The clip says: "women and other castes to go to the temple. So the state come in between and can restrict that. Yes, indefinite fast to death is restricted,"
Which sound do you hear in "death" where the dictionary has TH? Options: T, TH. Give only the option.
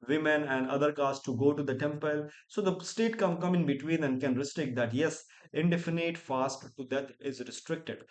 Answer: T